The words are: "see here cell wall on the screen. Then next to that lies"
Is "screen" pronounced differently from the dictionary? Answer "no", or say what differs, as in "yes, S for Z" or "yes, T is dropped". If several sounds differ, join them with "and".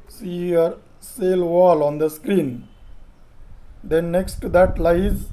no